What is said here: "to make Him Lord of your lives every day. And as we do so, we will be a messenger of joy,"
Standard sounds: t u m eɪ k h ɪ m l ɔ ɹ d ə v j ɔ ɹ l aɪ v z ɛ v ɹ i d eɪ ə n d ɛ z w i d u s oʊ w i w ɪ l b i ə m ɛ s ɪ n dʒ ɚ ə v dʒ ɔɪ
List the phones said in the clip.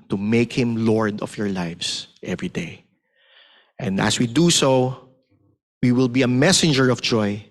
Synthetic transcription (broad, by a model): t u m eɪ k h ɪ m l ɔ ɹ d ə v j ɔ ɹ l aɪ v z ɛ v ɹ i d eɪ ə n d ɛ s w i d u s oʊ w i w ɪ l b i ə m ɛ s ɪ n dʒ ɚ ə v dʒ ɔɪ